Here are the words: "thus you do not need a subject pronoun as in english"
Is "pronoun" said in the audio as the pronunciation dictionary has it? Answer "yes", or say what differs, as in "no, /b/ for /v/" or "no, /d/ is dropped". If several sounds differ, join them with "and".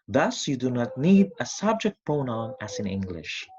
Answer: no, /ɹ/ is dropped